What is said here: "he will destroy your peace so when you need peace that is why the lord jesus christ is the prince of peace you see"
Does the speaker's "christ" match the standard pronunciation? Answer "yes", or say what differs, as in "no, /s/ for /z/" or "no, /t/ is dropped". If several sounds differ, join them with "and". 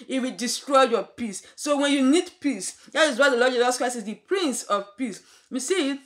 no, /t/ is dropped